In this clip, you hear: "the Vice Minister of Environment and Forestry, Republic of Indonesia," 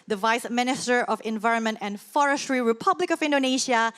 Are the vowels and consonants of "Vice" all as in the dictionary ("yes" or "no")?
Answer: yes